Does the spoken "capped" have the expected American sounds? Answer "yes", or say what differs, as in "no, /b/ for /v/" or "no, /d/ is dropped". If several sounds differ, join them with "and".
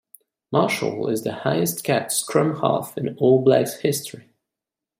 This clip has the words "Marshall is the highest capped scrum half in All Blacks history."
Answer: no, /p/ is dropped